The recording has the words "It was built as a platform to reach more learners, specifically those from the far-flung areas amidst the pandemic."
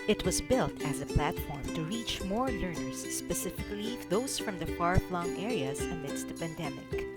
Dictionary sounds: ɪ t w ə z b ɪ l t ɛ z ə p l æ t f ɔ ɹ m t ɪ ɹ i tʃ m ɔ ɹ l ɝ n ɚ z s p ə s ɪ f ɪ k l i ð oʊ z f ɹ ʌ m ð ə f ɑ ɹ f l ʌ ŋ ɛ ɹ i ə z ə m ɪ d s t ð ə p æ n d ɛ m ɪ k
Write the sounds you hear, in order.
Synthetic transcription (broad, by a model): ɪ t w ə z b ɪ l t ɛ z ə p l æ t f ɔ ɹ m t ɪ ɹ i tʃ m ɔ ɹ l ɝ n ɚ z s p ə s ɪ f ɪ k l i ð oʊ z f ɹ ʌ m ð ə f ɑ ɹ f l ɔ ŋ ɛ ɹ i ə z ə m ɪ d s t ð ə p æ n d ɛ m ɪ k